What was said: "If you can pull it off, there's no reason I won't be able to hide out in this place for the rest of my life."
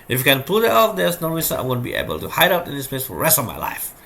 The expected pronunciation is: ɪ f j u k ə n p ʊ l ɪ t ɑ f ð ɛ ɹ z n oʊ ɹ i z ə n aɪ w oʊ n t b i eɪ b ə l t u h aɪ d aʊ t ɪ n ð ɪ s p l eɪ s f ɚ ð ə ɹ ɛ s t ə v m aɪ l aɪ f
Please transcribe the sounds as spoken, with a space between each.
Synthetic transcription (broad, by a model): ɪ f j u k ə n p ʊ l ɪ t ɑ f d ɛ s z n oʊ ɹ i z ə aɪ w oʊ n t b i eɪ b ə l t u h aɪ d aʊ t ɪ n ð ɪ s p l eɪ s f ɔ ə ɹ ɛ s t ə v m aɪ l aɪ f